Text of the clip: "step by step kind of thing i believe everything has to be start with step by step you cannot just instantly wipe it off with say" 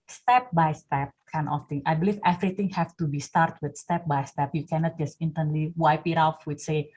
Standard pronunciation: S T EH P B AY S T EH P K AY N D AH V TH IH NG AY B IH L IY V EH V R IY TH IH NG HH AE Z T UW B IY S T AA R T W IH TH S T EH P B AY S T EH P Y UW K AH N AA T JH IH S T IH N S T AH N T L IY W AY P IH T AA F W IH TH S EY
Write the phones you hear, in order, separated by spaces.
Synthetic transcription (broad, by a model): S T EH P B AY S T EH P K AY N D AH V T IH NG AY B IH L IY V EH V R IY T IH NG HH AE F T UW B IY S T AA R T W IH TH S T EH P B AY S T EH P Y UW K AH N AA T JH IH S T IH N T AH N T L IY W AY P IH T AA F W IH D S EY